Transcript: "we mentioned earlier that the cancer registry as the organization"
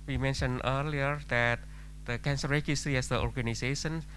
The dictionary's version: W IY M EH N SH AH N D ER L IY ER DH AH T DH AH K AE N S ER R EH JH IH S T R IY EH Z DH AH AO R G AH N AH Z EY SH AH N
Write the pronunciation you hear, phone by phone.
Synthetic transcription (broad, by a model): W IY M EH N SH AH N ER L IY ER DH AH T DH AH K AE N S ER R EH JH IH S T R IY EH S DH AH AO R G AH N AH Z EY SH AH N